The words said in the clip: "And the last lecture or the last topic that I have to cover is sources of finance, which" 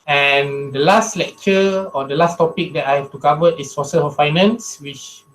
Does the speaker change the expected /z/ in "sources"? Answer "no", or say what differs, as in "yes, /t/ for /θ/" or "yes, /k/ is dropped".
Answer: yes, /z/ is dropped